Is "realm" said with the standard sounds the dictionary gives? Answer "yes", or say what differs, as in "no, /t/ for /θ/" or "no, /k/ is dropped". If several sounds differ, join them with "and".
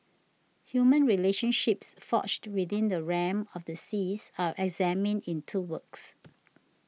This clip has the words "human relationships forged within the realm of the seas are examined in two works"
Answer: no, /l/ is dropped